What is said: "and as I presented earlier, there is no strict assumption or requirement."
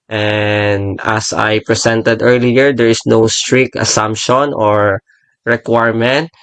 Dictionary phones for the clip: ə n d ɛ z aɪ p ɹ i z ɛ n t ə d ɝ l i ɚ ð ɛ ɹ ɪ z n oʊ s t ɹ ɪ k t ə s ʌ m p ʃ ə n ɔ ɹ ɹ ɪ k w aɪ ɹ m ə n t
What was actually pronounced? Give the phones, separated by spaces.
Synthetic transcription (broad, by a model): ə n d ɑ s aɪ p ɹ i s ɛ n t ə d ɝ l i ɚ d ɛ ɹ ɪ s n oʊ s t ɹ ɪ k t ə s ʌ m p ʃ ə n ɔ ɹ ɹ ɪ k w aɪ ɹ m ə n t